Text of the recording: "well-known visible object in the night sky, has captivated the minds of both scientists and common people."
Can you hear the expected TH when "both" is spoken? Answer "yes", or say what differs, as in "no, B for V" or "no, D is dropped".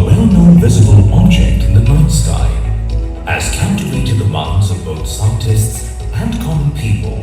yes